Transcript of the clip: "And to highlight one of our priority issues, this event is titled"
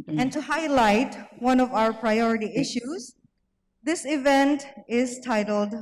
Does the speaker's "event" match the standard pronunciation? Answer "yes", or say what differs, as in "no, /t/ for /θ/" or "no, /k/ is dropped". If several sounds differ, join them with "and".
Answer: yes